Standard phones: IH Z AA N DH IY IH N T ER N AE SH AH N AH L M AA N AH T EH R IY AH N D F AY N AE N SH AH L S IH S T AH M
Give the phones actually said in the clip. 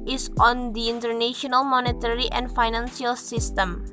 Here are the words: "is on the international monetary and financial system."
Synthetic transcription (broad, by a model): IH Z AA N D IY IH N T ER N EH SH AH N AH L M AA N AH T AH R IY AH N D F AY N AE N S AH L S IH S T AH M